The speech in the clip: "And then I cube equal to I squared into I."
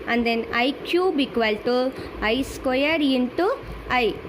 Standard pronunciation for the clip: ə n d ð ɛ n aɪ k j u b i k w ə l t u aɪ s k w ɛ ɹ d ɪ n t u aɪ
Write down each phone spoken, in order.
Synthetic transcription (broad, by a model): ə n d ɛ n aɪ k j u b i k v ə l t u aɪ s k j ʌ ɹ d ɪ n t u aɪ